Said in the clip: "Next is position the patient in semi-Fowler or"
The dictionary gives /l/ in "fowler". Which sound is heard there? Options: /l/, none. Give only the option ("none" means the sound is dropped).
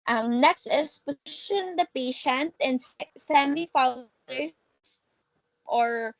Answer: none